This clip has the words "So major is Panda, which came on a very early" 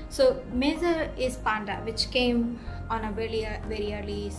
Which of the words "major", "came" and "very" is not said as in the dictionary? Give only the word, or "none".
major